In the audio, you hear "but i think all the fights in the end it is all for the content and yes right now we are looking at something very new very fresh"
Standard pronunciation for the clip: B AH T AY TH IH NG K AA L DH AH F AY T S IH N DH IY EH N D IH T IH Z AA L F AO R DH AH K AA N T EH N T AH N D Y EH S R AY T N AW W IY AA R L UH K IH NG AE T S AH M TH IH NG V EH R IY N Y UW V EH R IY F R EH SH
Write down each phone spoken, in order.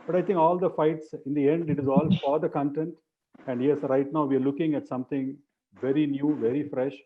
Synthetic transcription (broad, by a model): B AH T AY T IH NG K AA L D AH F AY T S IH N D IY EH N D IH T IH Z AA L F AO R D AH K AA N T EH N T AH N D Y EH S R AY T N AW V IY AA R L UH K IH NG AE T S AH M T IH NG V EH R IY N Y UW V EH R IY F R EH SH